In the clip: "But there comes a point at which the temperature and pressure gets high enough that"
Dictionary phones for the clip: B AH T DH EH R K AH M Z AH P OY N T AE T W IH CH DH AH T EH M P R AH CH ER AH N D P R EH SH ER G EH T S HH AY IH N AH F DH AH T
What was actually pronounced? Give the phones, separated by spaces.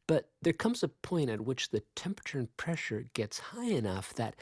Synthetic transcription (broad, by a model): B AH T DH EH R K AH M Z AH P OY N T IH T W IH CH DH AH T EH M P R AH CH ER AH N P R EH SH ER G EH T S HH AY IH N AH F DH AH T